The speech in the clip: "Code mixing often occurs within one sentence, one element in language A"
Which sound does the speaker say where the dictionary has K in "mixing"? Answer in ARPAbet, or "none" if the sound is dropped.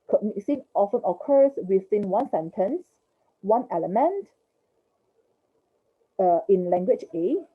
none